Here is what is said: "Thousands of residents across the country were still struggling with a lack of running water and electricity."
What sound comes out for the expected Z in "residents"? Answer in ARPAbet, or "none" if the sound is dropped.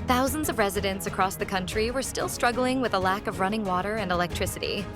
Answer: Z